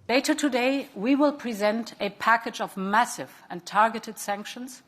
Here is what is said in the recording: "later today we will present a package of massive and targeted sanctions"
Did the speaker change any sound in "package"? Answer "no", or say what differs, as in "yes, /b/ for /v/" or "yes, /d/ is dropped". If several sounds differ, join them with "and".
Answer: no